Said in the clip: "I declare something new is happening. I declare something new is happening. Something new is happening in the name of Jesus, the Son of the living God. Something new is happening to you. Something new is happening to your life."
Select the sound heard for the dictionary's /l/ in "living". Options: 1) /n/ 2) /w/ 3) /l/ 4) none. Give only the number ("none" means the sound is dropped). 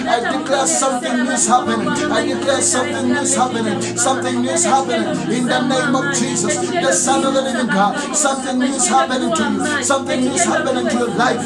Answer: 1